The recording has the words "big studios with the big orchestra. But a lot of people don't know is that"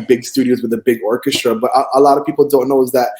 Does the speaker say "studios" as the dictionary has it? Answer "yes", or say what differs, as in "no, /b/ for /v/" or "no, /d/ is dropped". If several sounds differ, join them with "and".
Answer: yes